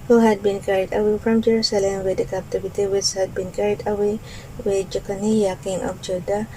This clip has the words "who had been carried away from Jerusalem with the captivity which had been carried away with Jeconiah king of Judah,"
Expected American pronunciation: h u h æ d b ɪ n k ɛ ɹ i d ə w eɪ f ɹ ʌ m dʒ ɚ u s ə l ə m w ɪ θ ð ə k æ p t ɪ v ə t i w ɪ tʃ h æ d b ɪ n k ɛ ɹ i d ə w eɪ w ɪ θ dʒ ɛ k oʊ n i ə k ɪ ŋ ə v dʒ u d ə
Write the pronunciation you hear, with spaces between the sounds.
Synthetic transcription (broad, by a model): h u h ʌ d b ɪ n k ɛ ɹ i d ə w eɪ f ɹ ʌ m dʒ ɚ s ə l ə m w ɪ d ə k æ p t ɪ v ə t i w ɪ s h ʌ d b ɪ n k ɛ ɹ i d ə w eɪ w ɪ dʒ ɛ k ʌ n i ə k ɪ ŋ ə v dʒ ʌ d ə